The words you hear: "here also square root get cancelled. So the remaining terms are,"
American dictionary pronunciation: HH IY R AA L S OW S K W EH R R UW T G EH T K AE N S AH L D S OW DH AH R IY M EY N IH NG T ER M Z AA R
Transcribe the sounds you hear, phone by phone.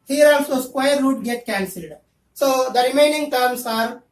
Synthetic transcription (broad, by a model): HH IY R AA L S OW S K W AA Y R UW T G EH T K AE N S AH L D S OW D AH R IY M EY N IH NG T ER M S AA R